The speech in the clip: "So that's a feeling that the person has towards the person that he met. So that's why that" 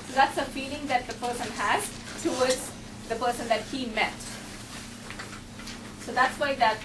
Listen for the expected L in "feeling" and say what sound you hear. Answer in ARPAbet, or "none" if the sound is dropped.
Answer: L